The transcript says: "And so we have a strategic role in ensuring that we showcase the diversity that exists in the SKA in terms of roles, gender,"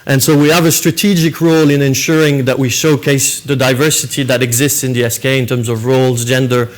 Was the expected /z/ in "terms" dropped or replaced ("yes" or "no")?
no